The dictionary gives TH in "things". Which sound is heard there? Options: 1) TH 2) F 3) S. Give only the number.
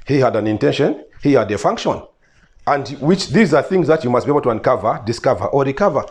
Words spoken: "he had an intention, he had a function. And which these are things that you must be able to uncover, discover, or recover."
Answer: 1